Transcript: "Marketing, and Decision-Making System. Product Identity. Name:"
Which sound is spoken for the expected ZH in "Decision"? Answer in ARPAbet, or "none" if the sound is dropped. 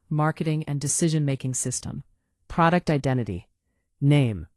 ZH